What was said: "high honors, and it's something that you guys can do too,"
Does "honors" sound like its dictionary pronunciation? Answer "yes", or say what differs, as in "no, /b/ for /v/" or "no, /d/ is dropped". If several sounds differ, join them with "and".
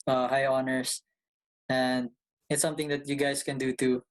no, /s/ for /z/